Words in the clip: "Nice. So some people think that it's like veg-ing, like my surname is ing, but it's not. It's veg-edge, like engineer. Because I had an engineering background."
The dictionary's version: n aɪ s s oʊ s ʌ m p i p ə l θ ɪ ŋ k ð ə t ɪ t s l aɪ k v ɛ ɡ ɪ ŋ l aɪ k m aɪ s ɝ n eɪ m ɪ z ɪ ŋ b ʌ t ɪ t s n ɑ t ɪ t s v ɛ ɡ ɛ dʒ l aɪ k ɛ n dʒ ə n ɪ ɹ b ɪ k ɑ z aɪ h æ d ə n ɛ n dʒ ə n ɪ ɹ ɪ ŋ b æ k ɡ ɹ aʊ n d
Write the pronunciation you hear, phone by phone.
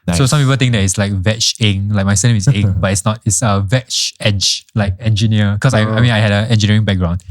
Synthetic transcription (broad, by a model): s s oʊ s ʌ m p i p ə l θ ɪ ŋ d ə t ɪ t s l aɪ k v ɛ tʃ ɪ ŋ l aɪ k m aɪ s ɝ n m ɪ s ɪ ŋ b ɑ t ɪ t s n ɑ t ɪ t s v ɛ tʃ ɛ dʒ l aɪ k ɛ n dʒ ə n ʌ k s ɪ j ɑ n aɪ h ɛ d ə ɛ n dʒ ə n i ɹ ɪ ŋ b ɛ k ɡ ɹ aʊ n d